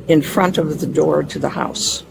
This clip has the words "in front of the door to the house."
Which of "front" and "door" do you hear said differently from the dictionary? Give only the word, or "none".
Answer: none